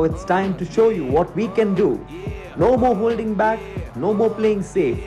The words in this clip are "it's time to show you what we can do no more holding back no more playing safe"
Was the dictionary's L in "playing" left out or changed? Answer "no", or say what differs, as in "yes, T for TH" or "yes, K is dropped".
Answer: no